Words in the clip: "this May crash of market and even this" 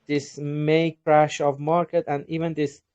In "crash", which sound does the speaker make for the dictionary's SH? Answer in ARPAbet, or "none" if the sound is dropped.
SH